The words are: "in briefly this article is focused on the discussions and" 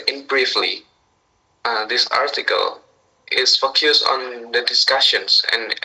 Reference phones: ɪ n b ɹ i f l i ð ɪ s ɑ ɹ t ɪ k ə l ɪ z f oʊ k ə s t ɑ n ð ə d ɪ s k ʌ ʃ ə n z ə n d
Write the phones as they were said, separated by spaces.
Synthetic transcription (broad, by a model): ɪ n b ɹ i f l i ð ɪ s ɑ ɹ t ɪ k ə l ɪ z f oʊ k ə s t ɑ n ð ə d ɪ s k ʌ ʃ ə n s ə n